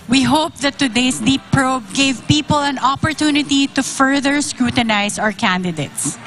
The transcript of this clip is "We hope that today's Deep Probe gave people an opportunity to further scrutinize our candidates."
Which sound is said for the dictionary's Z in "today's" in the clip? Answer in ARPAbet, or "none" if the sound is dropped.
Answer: S